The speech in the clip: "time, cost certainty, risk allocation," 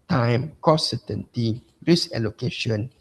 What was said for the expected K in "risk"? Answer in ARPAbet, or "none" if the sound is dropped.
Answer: none